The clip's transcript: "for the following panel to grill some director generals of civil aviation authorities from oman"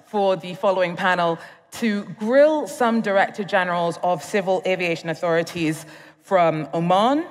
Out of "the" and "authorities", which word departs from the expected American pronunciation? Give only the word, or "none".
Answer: none